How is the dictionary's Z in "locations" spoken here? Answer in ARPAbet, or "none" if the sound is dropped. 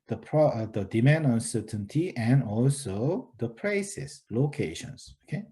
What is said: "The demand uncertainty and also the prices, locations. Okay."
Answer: S